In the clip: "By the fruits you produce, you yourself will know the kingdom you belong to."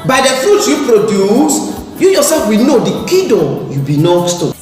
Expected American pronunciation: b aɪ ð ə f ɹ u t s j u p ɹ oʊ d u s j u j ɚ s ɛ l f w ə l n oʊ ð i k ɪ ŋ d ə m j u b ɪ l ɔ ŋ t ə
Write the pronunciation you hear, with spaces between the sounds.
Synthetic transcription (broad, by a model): b aɪ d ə f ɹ u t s j u p ɹ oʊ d u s j u j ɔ s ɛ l f w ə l n oʊ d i k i d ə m j u b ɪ n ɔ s t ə